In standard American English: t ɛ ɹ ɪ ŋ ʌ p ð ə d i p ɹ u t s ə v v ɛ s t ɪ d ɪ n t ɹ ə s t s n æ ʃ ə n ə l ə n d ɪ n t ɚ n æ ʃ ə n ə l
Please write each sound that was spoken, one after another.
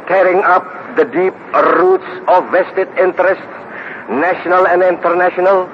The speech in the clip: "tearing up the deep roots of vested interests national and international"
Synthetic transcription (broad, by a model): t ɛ ɹ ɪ ŋ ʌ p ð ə d i p ɹ u t s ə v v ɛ s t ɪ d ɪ n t ɹ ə s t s n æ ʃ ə n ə l ə n d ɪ n t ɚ n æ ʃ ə n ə l